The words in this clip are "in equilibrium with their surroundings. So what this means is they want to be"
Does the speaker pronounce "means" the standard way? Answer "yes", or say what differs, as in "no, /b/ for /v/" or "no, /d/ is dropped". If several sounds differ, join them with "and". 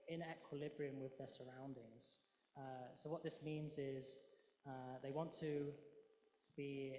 yes